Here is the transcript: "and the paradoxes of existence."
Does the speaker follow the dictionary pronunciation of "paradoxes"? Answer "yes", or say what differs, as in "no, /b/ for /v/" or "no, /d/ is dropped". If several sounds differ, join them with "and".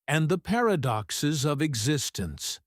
yes